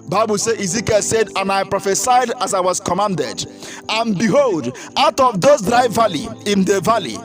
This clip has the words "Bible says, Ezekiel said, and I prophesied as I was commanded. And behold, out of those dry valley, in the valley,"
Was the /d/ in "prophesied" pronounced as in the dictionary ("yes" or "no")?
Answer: yes